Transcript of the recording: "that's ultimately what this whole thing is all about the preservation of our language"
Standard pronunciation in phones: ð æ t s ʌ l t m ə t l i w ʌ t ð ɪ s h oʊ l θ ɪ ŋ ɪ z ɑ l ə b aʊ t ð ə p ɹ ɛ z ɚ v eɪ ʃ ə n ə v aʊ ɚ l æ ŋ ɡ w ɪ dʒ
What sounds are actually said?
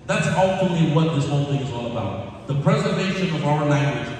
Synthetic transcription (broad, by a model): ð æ t s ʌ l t ə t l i w ʌ t ð ɪ s h oʊ l θ ɪ ŋ ɪ z ɑ l ə b aʊ t ð ə p ɹ ɛ z ɚ v eɪ ʃ ə n ə v aʊ ɚ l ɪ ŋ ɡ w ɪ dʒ